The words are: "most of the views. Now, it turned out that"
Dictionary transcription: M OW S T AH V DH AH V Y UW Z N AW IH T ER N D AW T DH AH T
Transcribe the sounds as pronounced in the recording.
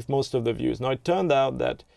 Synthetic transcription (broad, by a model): M OW S T AH V DH AH V Y UW Z N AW IH T ER N D AW T DH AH T